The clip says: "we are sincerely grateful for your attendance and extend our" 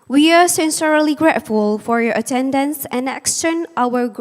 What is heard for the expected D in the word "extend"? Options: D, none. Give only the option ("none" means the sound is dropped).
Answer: none